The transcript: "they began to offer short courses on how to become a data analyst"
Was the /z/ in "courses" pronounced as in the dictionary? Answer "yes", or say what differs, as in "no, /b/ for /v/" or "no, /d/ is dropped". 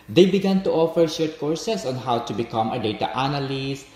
no, /s/ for /z/